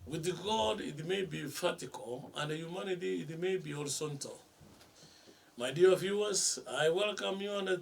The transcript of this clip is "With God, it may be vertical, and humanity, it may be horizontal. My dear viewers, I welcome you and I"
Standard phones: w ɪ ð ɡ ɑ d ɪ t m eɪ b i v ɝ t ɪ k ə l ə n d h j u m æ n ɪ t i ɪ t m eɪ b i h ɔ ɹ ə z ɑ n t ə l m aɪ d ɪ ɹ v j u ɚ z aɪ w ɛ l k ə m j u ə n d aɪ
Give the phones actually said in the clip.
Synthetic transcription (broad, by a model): w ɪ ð ɡ ɑ d ɪ t m eɪ b i f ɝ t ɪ k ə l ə n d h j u m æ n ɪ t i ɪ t m eɪ b i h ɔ ɹ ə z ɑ n t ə l m aɪ d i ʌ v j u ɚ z aɪ w ɛ l k ə m j u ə n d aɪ